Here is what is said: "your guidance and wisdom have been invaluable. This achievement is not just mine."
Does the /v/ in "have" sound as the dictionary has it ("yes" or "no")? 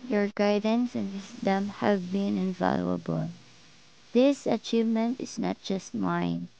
yes